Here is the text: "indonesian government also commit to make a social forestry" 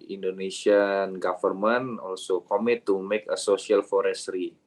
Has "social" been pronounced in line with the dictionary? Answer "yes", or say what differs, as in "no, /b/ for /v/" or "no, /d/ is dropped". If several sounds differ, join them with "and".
no, /s/ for /ʃ/